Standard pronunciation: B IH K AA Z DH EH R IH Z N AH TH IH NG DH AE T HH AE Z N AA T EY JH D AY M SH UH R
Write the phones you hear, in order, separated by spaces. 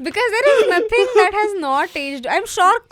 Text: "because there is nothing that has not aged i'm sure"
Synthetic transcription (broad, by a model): B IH K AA Z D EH R IH Z N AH T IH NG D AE T HH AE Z N AA T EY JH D AY M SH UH R